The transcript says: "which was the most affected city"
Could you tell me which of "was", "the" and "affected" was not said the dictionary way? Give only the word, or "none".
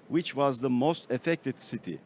none